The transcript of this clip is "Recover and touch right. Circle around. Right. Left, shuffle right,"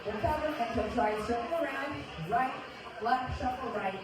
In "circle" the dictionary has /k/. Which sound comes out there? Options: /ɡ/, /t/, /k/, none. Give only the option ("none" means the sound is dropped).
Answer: none